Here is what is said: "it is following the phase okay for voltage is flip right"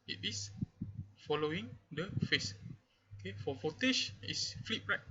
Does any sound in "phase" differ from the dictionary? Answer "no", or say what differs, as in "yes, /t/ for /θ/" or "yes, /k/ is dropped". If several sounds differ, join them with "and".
yes, /s/ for /z/